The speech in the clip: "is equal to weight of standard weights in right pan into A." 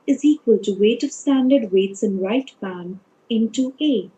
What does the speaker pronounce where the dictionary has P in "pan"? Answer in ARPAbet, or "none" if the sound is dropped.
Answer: B